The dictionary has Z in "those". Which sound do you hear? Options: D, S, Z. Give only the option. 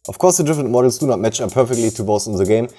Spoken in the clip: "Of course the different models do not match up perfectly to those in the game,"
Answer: S